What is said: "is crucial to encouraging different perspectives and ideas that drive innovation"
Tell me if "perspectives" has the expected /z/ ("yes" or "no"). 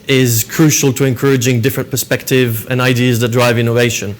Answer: no